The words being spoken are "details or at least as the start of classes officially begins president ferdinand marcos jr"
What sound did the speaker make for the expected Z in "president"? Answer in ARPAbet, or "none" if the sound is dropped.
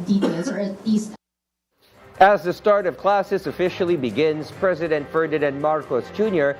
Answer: Z